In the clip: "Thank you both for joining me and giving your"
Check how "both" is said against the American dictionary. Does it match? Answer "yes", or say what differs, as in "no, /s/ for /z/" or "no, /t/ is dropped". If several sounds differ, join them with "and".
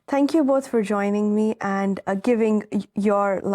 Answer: yes